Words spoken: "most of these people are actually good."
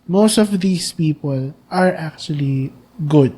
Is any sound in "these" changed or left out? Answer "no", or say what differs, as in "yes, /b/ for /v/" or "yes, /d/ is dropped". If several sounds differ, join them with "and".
yes, /s/ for /z/